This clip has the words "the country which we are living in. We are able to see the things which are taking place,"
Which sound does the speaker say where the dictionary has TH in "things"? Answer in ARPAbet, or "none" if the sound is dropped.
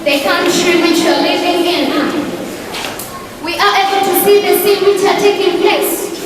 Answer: S